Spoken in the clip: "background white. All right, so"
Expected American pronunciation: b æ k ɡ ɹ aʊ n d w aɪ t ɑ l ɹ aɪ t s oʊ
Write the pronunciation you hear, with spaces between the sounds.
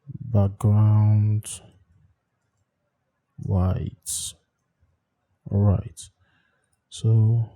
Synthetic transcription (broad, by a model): b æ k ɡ ɹ aʊ n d w aɪ t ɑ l ɹ aɪ t s oʊ